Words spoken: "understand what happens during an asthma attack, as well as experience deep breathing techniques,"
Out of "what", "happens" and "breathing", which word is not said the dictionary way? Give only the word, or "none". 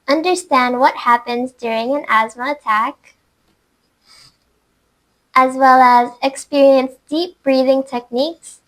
none